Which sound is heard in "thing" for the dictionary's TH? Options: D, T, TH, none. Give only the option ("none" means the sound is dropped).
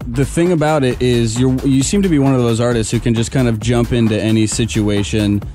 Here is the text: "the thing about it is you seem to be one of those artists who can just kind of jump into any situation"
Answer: TH